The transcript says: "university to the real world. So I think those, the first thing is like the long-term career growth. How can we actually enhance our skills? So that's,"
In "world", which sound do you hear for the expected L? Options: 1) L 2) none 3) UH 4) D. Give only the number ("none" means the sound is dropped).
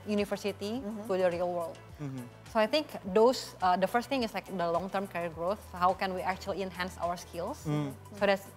1